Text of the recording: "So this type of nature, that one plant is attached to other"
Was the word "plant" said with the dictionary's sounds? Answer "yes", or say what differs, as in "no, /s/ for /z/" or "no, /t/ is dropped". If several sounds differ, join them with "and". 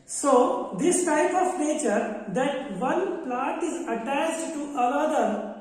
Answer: no, /n/ is dropped